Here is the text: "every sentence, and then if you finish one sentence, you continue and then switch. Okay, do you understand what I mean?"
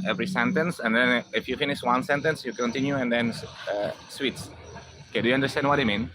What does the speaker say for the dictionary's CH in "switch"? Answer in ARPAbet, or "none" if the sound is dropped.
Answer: S